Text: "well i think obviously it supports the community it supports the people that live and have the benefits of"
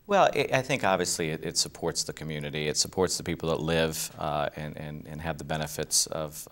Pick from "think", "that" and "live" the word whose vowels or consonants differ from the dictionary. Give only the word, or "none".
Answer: none